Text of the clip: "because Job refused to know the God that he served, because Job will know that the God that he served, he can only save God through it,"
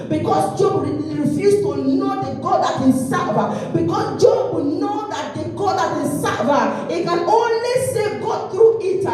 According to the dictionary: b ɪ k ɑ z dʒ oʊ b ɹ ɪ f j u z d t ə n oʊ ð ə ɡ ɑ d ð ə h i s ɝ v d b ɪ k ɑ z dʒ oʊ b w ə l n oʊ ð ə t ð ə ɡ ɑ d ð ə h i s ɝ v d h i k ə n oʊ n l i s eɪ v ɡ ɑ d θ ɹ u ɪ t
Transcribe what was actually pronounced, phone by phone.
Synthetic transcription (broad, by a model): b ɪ k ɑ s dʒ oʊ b ɹ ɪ f j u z t ə n oʊ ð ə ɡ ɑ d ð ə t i s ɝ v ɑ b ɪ k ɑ s dʒ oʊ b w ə n oʊ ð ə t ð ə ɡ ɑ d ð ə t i s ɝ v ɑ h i k ə n oʊ n l i s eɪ ɡ ɑ d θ ɹ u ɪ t